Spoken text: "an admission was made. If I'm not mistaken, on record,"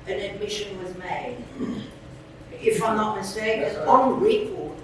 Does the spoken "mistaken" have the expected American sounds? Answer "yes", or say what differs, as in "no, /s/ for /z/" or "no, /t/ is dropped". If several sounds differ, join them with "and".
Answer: no, /k/ is dropped